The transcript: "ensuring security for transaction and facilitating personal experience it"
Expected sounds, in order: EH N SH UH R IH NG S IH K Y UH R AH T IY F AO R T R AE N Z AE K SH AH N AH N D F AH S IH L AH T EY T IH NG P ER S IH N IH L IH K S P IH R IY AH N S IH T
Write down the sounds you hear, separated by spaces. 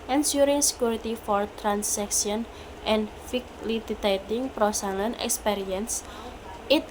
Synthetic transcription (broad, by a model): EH N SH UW R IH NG S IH K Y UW R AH T IY F AO R T R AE N S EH K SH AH N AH N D F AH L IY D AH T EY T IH NG P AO S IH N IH N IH K S P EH R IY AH N S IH T